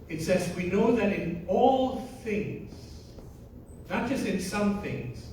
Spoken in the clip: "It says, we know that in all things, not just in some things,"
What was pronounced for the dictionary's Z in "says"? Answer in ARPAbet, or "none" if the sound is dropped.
Z